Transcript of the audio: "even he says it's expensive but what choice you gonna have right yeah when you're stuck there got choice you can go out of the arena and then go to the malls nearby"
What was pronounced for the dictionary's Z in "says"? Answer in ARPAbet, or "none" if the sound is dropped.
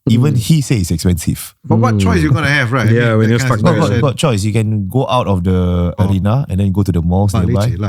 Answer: none